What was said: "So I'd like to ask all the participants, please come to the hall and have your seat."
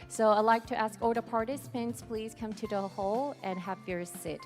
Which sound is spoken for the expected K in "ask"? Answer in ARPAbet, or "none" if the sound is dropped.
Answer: K